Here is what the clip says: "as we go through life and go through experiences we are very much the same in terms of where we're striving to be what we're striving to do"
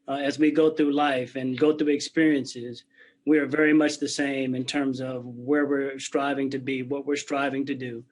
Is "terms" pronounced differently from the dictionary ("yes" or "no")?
no